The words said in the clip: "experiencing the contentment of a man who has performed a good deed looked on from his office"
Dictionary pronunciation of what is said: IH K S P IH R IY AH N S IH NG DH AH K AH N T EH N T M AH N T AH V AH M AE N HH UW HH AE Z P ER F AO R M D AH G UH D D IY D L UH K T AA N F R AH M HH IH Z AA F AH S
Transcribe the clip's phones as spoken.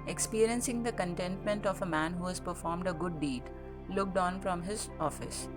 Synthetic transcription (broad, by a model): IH K S P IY R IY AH N S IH NG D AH K AH N T EH N T M AH N T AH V AH M AE N HH UW HH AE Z P ER F AO R M D AH G UH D D IY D L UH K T AA N F R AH M HH IH Z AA F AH S